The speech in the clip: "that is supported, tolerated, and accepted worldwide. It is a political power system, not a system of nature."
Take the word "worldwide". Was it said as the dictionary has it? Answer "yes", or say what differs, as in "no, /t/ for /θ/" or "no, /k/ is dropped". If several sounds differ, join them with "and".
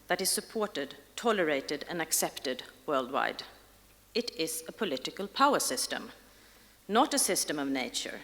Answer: yes